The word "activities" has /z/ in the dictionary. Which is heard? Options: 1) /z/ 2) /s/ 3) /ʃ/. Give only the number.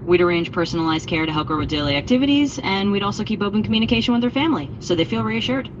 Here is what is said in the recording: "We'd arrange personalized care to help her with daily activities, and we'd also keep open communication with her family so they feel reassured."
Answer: 1